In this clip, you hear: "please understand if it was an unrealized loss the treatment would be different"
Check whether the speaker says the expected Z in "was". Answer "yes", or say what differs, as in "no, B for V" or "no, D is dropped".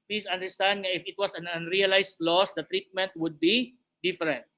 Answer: no, S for Z